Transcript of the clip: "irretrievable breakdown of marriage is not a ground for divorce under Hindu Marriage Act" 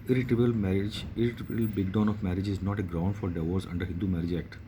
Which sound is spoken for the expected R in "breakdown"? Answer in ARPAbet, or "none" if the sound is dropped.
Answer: none